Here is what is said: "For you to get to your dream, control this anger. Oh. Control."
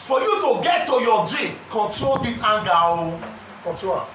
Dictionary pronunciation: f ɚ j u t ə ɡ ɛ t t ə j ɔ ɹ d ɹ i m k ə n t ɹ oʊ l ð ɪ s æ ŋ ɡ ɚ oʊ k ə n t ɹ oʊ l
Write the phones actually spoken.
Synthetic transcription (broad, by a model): f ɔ j u t ə ɡ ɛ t t ə j ɔ d ɹ i m k ə n t ɹ oʊ l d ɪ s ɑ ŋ ɡ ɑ oʊ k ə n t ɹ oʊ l